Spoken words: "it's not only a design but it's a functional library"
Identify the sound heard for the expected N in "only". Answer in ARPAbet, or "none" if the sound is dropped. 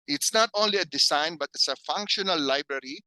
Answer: N